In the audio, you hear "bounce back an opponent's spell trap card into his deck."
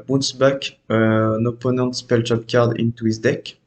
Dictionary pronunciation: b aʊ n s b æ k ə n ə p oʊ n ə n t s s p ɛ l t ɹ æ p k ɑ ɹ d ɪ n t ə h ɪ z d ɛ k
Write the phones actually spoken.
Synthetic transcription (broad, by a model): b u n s b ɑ k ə n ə p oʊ n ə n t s s p ɛ l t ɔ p k ɑ ɹ d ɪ n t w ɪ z d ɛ k